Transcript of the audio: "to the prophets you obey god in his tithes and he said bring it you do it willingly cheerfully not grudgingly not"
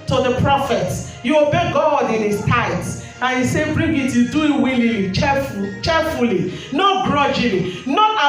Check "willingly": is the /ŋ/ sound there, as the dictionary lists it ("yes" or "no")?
no